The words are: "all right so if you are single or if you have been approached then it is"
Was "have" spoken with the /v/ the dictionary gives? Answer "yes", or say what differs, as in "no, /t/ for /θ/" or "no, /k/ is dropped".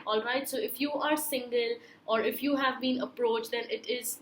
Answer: yes